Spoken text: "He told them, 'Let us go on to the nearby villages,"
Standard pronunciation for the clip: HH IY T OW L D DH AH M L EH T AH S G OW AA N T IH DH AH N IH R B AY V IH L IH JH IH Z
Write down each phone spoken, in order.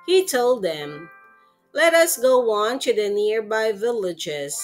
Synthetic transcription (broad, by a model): HH IY T OW L D DH AH M L EH T AH S G OW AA N T IH DH AH N IH R B AY V IH L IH JH IH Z